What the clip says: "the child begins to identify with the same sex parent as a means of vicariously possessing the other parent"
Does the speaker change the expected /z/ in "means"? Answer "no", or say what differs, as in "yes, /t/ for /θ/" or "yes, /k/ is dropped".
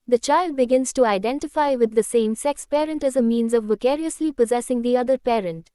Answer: no